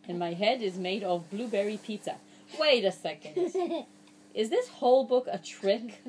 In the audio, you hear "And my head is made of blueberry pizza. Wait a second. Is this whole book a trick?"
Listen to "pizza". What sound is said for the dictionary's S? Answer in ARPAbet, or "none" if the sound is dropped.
none